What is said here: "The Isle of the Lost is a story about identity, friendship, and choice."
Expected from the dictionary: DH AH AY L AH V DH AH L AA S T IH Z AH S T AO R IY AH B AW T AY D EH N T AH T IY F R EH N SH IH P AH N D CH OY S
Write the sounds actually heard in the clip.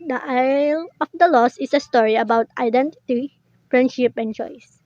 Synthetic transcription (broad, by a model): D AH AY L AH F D AH L AA S IH S AH S T AO R IY AH B AW T AY D EH N T AH T IY F R EH N SH IH P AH N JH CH OY S